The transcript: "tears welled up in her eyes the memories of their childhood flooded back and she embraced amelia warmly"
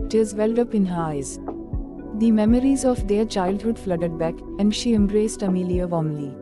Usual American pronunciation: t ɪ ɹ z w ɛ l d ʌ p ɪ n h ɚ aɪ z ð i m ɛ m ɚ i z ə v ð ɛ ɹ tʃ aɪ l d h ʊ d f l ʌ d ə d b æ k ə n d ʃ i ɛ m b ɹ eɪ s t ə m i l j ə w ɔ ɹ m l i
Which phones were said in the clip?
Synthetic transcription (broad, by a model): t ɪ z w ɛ l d ʌ p ɪ n h ɚ aɪ z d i m ɛ m ɚ i z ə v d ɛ ɹ tʃ aɪ l d h ʊ d f l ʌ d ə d b æ k ə n d ʃ i ɛ m b ɹ eɪ s t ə m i l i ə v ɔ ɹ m l i